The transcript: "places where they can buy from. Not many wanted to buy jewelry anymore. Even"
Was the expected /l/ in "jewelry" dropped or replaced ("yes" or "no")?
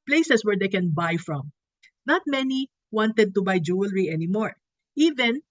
no